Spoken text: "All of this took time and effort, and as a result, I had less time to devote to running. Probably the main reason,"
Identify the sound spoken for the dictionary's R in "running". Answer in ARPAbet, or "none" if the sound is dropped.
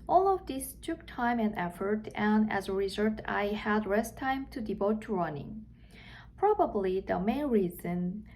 R